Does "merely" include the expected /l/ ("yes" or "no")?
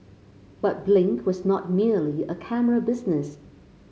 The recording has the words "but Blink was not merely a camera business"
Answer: yes